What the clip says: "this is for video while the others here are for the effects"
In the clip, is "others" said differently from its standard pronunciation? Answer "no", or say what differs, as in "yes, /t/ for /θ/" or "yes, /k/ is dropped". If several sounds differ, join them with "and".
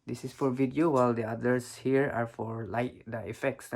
yes, /s/ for /z/